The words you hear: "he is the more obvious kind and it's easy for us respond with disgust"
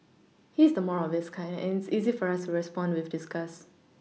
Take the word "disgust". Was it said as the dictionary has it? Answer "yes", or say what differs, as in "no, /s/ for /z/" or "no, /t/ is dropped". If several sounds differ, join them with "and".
no, /t/ is dropped